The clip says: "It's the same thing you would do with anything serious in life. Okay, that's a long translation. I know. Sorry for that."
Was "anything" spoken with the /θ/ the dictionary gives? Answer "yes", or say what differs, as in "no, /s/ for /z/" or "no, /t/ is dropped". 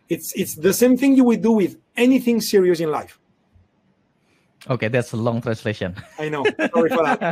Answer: yes